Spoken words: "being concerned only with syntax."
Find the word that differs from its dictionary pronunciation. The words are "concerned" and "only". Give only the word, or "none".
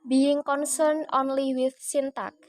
concerned